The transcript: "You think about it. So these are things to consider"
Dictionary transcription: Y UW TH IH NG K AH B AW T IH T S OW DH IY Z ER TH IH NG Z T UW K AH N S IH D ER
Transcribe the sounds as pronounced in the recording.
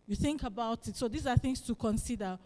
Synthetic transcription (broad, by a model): Y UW TH IH NG K AH B AW T IH T S OW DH IY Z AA TH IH NG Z T UW K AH N S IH D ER